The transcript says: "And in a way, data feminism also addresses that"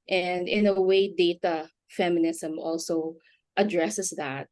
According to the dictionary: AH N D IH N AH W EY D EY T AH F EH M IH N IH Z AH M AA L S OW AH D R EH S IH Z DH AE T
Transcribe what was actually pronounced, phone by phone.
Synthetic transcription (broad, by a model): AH N D IH N AH W EY D EY T AH F EH M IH N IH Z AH M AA L S OW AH D R EH S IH S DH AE T